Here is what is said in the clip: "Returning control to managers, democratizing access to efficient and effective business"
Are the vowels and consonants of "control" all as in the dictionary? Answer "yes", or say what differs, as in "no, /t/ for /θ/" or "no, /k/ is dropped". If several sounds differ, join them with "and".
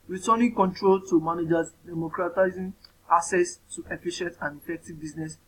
yes